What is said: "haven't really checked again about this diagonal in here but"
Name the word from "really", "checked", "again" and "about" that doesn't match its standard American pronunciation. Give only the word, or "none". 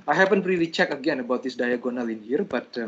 checked